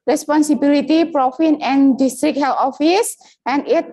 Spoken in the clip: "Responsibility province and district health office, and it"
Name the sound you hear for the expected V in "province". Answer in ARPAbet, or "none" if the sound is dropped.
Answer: F